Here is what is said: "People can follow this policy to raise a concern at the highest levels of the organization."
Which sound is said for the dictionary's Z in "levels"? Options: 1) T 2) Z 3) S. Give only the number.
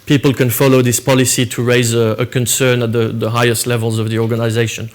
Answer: 2